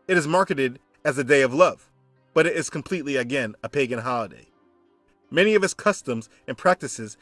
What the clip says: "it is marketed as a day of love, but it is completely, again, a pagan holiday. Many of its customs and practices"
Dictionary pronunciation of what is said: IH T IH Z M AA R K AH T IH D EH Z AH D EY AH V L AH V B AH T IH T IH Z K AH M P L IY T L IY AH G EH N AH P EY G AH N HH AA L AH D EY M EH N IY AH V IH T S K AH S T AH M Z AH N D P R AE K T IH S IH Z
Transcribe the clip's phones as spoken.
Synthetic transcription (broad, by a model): IH T IH Z M AA R K AH T IH D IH Z AH D EY AH V L AH V B AH T IH T IH Z K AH M P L IY T L IY AH G EH N AH P EY G AH N HH AA L AH D EY M EH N IY AH V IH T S K AH S T AH M Z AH N P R AE K T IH S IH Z